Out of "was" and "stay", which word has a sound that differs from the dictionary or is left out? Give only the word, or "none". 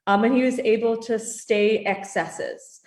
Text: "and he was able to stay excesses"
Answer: none